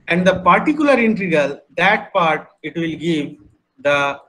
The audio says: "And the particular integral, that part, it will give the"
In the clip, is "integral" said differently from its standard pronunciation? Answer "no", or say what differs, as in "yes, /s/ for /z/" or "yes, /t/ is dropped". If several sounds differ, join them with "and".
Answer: yes, /ɹ/ is dropped